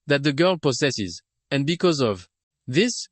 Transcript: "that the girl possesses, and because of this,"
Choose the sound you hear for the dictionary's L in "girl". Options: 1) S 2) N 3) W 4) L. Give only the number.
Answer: 4